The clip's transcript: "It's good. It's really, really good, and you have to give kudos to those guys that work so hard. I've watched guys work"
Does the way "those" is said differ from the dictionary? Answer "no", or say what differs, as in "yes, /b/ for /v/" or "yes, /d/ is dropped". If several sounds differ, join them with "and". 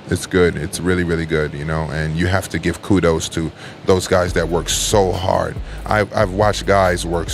no